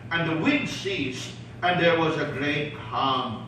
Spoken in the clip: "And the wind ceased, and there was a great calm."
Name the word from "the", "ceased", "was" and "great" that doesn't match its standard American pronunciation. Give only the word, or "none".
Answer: none